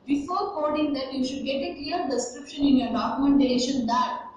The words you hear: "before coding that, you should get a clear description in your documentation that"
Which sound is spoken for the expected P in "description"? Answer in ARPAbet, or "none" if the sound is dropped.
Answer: P